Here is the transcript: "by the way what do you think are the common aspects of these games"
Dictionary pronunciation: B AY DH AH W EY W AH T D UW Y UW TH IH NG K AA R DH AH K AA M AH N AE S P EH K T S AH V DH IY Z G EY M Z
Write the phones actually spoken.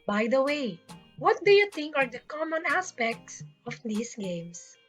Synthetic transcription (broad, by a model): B AY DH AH W EY W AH T D UW Y UW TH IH NG K AA R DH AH K AA M AH N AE S P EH K T S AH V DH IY S G EY M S